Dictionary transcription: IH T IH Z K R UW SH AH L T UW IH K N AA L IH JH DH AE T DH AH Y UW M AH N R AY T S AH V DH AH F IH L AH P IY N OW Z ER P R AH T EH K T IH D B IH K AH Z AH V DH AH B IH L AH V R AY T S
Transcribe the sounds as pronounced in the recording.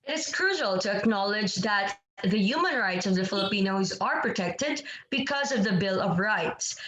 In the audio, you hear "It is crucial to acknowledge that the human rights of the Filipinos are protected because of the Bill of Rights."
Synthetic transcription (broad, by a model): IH T IH Z K R UW SH AH L T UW IH K N AA L IH JH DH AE T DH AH Y UW M AH N R AY T S AH V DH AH F IH L AH P IY N OW Z ER P R AH T EH K T IH D B IH K AH Z AH V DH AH B IH L AH V R AY T S